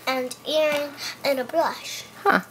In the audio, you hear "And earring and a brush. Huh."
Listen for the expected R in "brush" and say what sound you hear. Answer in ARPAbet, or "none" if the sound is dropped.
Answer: L